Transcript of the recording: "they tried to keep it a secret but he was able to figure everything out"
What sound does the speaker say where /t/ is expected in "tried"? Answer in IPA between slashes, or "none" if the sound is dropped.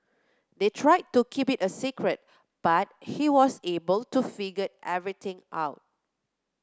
/t/